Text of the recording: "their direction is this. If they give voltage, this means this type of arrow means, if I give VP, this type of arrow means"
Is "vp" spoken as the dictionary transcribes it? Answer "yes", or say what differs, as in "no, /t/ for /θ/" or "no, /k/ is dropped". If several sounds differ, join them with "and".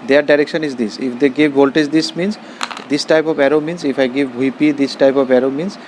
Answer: no, /b/ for /v/